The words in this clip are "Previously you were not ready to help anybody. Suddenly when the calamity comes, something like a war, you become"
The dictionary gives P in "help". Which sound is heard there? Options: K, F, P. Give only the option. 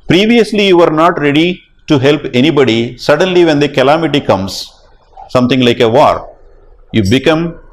P